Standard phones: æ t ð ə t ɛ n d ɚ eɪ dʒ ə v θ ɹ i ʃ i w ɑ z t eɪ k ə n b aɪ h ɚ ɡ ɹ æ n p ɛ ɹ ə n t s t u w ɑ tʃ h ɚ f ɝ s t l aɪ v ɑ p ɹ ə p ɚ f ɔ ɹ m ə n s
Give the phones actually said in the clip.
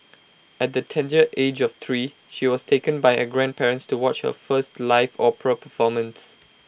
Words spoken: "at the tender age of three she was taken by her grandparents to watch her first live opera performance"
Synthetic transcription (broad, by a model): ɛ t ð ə t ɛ n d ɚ eɪ dʒ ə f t ɹ i ʃ i w ɑ s t eɪ k ə n b aɪ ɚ ɡ ɹ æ n p ɛ ɹ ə n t s t u w ɑ tʃ h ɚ f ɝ s t l aɪ f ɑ p ə p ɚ f ɔ m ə n s